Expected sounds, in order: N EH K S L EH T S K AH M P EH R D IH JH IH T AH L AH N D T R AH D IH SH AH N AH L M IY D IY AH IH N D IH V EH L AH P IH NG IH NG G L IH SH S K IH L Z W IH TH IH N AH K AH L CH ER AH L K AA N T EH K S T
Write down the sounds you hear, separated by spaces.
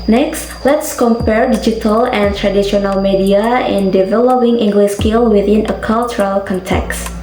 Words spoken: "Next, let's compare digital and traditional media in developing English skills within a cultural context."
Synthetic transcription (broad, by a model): N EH K S L EH T S K AH M P EH R D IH JH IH T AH L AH N T R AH D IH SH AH N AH L M IY D IY AH IH N D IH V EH L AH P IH NG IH NG G L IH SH S K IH L W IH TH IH N AH K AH L CH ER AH L K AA N T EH K S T